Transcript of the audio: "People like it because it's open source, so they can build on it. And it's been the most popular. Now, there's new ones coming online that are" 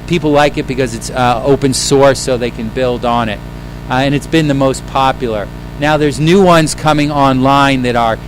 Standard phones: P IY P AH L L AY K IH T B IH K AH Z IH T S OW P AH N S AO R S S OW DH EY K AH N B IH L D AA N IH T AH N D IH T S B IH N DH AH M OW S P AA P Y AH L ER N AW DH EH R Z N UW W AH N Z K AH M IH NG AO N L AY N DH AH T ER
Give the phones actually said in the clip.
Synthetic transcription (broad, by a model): P IY P L L AY K IH T B IH K AH Z IH T S OW P AH N S AO R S S OW DH EY K AH N B IH L D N IH T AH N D IH T S B IH N DH AH M OW S P AA P Y L ER N AW DH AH R Z N UW W AH N Z K AH M IH NG AO N L AY N DH AH T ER